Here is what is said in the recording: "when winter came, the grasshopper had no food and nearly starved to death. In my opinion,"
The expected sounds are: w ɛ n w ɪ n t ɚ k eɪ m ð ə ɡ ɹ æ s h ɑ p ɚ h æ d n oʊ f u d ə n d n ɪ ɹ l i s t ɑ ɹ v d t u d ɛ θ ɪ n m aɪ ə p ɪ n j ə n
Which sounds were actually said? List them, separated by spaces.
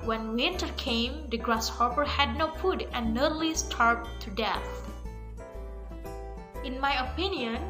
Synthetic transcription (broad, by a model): w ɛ n w ɪ n t ɚ k eɪ m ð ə ɡ ɹ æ s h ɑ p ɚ h æ d n oʊ f u d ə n n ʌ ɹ l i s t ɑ ɹ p t u d ɛ θ ɪ n m aɪ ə p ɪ n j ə n